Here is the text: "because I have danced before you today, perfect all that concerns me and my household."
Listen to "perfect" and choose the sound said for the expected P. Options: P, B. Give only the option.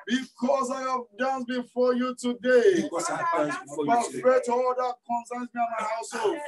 B